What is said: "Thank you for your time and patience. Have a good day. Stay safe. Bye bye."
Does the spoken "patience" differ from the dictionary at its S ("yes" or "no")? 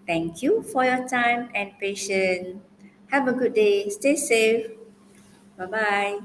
yes